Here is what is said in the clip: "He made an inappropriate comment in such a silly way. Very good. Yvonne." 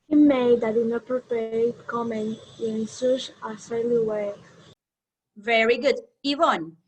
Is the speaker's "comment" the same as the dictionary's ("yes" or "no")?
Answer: no